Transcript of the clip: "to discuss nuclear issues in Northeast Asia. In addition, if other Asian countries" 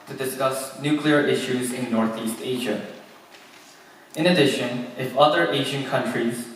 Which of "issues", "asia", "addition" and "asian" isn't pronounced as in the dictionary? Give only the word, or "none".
none